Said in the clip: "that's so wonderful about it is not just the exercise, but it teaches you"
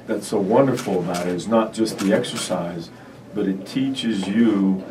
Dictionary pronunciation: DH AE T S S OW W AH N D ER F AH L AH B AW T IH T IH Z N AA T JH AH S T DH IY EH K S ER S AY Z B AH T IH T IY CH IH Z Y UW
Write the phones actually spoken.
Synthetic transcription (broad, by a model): DH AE T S S OW W AH N D ER F L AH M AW T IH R IH Z N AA T JH AH S T DH IY EH K S ER S AY Z B AH T IH T IY CH IH Z Y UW